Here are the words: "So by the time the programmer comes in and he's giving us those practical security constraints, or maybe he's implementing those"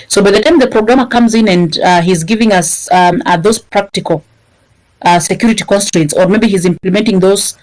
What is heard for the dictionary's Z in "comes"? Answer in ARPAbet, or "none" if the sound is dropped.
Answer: Z